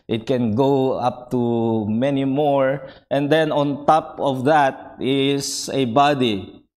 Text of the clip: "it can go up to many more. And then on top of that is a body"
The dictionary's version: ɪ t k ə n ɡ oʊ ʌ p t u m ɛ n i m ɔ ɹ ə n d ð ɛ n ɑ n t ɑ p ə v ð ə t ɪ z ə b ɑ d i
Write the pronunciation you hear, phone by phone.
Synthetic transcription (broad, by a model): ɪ t k ə n ɡ oʊ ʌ p t u m ɛ n i m ɔ ɹ ə n d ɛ n ɑ n t ɑ p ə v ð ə t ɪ s ə b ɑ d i